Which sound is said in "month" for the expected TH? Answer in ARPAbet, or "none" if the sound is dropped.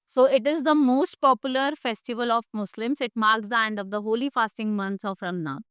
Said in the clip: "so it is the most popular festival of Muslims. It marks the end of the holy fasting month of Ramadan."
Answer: S